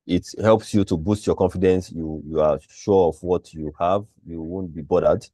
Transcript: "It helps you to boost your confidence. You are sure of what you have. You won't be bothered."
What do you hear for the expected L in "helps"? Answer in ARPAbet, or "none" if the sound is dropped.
L